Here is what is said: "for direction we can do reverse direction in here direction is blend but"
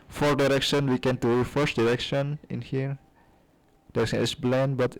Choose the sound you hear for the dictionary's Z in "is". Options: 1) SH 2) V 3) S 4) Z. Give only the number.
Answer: 3